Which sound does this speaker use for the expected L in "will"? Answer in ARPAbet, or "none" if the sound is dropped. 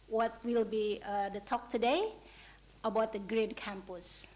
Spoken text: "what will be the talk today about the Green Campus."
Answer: L